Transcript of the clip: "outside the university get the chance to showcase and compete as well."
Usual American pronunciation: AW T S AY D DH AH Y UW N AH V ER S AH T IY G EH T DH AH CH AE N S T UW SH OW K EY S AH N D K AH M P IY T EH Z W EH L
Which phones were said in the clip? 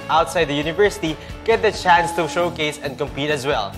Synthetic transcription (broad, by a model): AW T S AY D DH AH Y UW N AH V ER S AH T IY G EH T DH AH CH AE N S T UW SH OW K EY S AH N D K AH M P IY T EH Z W EH L